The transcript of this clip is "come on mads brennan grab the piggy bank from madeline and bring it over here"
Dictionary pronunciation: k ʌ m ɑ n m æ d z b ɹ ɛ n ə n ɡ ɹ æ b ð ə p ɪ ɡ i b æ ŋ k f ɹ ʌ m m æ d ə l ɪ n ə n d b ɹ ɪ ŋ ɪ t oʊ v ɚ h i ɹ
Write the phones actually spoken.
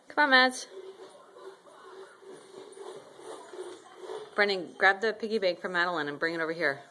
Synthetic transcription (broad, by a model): k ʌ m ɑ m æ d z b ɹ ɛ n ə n ɡ ɹ æ b ð ə p ɪ ɡ i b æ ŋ k f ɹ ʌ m m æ d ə l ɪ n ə n b ɹ ɪ ŋ ɪ t oʊ v ɚ h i ɹ